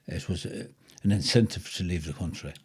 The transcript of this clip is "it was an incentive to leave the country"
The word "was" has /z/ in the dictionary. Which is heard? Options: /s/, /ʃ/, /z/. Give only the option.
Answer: /z/